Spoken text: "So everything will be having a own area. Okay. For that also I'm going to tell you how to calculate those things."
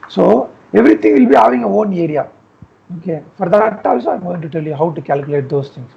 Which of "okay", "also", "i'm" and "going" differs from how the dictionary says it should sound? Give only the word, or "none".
also